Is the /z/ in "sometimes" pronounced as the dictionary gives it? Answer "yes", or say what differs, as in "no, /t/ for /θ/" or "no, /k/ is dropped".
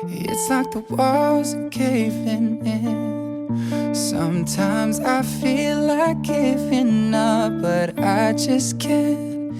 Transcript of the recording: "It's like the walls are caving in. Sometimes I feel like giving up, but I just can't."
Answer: yes